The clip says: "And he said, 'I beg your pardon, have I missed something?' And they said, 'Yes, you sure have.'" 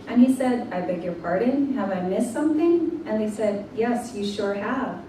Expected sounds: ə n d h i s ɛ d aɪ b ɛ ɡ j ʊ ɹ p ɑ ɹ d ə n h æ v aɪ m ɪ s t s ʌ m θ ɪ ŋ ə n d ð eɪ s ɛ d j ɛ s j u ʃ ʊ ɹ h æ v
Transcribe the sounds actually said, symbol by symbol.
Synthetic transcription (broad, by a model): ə n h i s ɛ d aɪ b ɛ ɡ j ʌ ɹ p ɑ ɹ d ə n h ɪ v aɪ m ɪ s s ʌ m θ ɪ ŋ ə n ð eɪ s ɛ d j ɛ s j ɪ ʃ ʊ ɹ h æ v